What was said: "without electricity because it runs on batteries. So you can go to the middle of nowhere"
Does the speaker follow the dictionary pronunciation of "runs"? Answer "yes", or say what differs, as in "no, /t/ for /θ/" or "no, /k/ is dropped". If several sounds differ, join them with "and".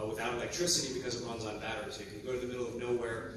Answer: no, /w/ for /ɹ/